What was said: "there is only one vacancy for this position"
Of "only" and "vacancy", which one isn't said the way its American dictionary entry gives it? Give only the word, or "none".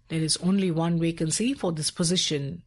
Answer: vacancy